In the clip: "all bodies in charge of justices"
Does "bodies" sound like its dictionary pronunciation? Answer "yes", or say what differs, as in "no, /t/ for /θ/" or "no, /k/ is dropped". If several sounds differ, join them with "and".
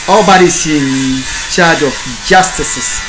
no, /s/ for /z/